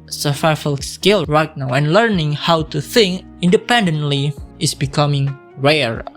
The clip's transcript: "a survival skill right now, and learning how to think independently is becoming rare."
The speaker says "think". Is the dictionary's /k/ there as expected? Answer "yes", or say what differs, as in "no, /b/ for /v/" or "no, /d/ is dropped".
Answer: yes